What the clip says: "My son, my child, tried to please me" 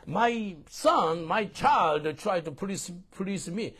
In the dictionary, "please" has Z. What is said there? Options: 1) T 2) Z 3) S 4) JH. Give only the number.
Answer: 3